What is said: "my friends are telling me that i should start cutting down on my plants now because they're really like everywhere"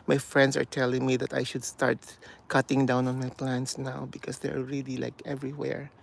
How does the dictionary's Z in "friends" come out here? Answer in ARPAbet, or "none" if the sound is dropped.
S